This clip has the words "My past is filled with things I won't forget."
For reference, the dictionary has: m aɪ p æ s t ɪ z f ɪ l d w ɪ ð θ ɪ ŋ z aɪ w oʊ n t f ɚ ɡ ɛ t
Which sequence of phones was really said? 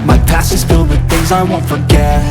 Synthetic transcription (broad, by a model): m aɪ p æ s ɪ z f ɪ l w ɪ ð θ ɪ ŋ z aɪ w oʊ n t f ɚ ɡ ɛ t